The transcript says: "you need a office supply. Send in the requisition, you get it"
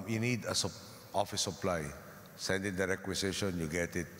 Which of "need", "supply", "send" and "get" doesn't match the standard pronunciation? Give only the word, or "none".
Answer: none